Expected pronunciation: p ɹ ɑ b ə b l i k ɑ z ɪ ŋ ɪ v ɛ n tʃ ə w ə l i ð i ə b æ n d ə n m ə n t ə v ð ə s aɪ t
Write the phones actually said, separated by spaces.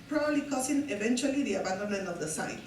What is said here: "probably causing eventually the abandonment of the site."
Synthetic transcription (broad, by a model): p ɹ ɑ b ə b l i k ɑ s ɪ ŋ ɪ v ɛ n tʃ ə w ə l i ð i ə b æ n d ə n m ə n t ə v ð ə s aɪ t